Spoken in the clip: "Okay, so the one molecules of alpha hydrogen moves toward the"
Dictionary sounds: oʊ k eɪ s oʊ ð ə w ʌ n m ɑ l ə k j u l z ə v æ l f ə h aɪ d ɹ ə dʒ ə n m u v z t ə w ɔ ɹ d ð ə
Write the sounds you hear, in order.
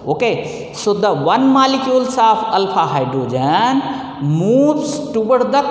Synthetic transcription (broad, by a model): oʊ k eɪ s oʊ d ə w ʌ n m ɑ l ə k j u l s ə p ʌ l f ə h aɪ d ɹ ə dʒ ə n m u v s t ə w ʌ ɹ d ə